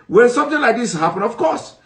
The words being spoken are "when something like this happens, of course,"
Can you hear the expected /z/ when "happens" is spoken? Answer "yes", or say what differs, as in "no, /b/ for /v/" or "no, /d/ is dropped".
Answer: no, /z/ is dropped